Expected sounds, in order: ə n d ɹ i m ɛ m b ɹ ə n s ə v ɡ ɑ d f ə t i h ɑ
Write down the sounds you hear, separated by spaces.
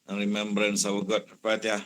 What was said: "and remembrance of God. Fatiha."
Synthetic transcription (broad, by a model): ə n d ɹ i m ɛ m b ɹ ə n s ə w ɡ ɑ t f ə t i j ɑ